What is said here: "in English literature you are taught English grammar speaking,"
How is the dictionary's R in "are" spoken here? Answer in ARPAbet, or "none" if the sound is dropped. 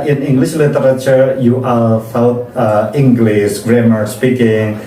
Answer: L